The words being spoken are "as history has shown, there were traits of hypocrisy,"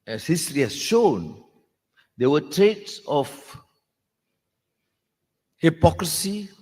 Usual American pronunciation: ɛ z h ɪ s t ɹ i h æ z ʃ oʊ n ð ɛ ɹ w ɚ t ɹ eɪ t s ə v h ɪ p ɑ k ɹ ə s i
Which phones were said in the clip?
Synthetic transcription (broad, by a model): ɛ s h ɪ s t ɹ i h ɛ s ʃ oʊ n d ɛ w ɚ t ɹ eɪ t s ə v h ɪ p ɑ k ɹ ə s i